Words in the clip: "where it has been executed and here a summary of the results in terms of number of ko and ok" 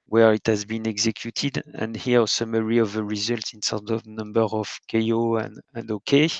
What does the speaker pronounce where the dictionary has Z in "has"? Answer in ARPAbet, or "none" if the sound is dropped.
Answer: Z